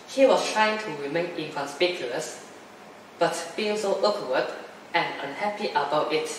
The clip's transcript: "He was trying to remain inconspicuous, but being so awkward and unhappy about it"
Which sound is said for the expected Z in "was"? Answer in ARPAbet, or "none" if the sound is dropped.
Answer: S